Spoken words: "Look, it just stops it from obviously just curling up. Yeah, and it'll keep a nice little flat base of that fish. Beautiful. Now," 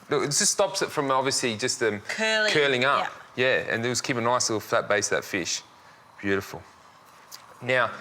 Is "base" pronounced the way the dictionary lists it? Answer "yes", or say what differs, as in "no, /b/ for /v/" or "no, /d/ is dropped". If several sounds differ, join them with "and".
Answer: no, /s/ is dropped